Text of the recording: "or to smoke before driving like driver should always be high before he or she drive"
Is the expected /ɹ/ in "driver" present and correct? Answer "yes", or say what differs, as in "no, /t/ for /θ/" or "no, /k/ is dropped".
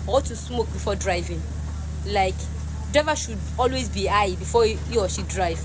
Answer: no, /ɹ/ is dropped